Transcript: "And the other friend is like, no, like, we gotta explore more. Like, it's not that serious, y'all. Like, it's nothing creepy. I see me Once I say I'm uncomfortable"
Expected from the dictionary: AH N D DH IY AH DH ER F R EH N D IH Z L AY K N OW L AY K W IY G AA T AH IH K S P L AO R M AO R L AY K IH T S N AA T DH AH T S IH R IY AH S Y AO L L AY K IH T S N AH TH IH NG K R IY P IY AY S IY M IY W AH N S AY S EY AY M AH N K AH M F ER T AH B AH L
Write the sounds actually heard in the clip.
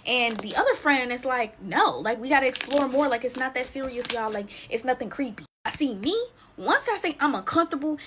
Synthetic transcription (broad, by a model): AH N DH IY AH DH ER F R EH N D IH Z L AY K N OW L AY K W IY G AA T AH IH K S P L AO R M AO R L AY K IH T S N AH T DH AH T S IH R IY AH S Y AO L L AY K IH T S N AH TH IH NG K R IY P IY AY S IY M IY W AH N S AY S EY AY M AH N K AH M F T AH B L